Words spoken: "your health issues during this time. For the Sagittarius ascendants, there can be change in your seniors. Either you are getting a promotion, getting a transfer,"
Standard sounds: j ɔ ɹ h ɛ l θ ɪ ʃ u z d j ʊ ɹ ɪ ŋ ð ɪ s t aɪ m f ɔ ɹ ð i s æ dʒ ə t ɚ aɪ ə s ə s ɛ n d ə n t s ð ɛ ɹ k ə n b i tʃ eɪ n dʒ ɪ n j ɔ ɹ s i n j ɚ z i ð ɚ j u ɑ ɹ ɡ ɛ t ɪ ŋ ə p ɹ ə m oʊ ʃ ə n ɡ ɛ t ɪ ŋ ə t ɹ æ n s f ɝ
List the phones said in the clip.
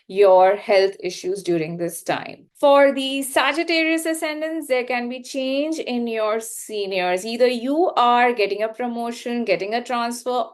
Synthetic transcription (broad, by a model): j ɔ ɹ h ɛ l t ɪ ʃ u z d j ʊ ɹ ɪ ŋ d ɪ s t aɪ m f ɔ ɹ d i s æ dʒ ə t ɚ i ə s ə s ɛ n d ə n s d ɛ ɹ k ə n b i tʃ eɪ n dʒ ɪ n j ɔ ɹ s i n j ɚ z i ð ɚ j u ɑ ɹ ɡ ɛ t ɪ ŋ ə p ɹ ə m oʊ ʃ ə n ɡ ɛ t ɪ ŋ ə t ɹ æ n s f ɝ